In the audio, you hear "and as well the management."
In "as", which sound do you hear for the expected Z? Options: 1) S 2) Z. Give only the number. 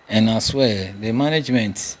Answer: 1